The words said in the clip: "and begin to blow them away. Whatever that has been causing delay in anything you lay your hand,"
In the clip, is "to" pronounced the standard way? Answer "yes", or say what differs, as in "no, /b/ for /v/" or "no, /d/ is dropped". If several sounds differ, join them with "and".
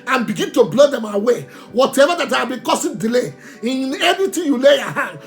yes